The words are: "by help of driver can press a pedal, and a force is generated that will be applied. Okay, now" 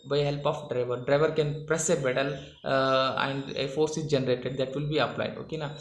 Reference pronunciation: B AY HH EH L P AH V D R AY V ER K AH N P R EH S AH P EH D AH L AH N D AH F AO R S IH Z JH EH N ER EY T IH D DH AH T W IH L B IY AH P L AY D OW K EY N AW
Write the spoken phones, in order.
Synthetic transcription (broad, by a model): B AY HH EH L P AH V D R AY V ER K AH N P R EH S AH B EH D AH L AH N D AH F AO R S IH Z JH EH N ER EY T IH D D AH T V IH L B IY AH P L AY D OW K EY N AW